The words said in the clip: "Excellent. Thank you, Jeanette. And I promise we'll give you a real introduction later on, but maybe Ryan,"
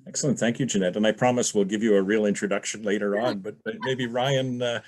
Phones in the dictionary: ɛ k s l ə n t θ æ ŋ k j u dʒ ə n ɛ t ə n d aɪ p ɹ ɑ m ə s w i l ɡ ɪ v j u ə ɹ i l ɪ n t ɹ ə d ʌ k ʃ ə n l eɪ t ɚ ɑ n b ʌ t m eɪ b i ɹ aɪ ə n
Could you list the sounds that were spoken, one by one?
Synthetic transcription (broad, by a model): ɛ k s l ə n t θ æ ŋ k j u dʒ ə n ɛ t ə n aɪ p ɹ ɑ m ə s w i l ɡ ɪ v j ə ɹ i l ɪ n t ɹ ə d ʌ k ʃ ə n l eɪ t ɚ ɑ n b ʌ t m eɪ b i ɹ aɪ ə n